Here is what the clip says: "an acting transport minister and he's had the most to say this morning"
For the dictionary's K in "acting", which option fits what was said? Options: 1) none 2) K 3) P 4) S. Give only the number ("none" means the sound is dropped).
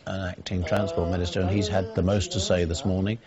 2